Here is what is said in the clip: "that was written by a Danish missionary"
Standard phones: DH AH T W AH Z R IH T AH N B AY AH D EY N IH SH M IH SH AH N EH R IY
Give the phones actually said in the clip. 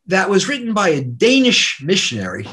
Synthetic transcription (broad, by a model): DH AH T W AH Z R IH T N B AY AH D EY N IH SH M IH SH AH N EH R IY